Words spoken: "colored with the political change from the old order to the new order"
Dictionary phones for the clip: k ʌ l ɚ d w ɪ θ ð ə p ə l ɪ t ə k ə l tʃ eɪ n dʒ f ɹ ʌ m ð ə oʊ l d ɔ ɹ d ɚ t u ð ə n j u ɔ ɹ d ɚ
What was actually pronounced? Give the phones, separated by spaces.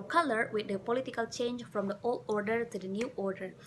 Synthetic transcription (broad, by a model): k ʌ l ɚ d w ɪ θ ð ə p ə l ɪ t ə k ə l tʃ eɪ n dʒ f ɹ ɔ m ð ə oʊ l d ɔ ɹ d ɚ t u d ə n j u ɔ ɹ d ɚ